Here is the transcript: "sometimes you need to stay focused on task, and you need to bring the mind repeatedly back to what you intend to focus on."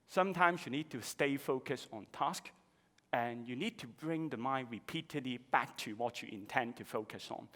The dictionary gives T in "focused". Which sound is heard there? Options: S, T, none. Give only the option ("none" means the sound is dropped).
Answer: none